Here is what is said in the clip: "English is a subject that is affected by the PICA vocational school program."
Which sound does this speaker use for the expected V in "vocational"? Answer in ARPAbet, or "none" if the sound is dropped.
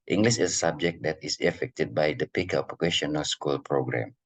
P